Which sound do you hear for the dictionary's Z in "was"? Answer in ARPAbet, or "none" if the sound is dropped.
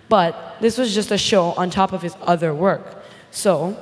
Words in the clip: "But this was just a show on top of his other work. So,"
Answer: Z